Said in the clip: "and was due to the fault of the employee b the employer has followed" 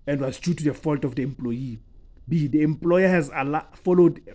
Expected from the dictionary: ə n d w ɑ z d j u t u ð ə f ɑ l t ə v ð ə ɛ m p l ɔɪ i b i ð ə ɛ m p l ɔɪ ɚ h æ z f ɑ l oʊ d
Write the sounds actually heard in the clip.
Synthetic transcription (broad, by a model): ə n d w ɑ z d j u t u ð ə f ɑ l t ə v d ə ɛ m p l ɔɪ i b i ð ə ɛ m p l ɔɪ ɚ h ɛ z f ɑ l oʊ d